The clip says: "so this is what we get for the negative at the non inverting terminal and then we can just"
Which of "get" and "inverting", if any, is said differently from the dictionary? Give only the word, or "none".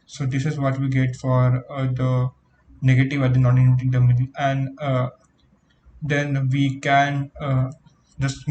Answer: inverting